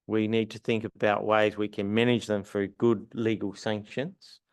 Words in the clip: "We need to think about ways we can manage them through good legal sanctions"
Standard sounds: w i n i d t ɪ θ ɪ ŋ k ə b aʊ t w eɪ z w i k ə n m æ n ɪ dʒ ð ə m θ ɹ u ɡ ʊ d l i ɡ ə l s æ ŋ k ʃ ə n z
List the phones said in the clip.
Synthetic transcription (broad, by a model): w i n i d t ɪ θ ɪ ŋ k ə b aʊ t w eɪ z w i k ə n m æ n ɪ dʒ ð ə m f ɹ ɡ ʊ d l i ɡ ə l s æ ŋ k ʃ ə n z